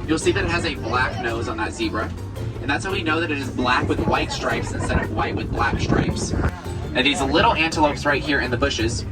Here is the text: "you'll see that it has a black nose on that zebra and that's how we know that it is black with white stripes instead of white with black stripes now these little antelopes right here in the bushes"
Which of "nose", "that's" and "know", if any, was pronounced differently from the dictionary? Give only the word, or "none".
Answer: none